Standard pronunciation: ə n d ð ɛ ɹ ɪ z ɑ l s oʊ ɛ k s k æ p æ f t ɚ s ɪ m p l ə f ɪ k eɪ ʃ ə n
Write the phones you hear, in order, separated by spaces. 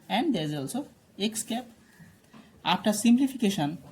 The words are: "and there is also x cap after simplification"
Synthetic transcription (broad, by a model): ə n d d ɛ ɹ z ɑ l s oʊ ɛ k s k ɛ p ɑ p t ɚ s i m p l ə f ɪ k eɪ ʃ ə n